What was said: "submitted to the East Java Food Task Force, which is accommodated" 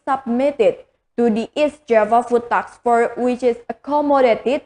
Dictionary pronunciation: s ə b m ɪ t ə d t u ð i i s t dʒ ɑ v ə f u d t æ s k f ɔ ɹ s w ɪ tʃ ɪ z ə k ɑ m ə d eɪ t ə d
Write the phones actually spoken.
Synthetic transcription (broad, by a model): s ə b m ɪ t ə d t u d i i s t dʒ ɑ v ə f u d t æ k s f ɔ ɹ w ɪ tʃ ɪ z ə k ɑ m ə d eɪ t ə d